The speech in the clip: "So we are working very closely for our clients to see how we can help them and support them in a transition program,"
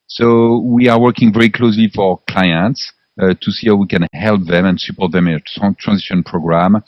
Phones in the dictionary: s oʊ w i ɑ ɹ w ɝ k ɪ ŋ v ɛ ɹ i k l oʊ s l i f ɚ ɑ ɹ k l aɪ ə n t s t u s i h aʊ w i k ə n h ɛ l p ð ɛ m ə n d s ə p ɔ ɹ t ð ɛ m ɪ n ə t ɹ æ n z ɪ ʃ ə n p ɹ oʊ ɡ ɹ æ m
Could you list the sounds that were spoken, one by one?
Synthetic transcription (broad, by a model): s oʊ w i ɑ ɹ w ɝ k ɪ ŋ v ɛ ɹ i k l oʊ s l i f ɑ ɹ k l aɪ ə n t s t u s i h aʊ w i k ə n h ɛ l p ð ɛ m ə n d s ə p ɔ ɹ t ð ɛ m ɪ n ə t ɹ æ n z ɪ ʃ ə n p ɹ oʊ ɡ ɹ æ m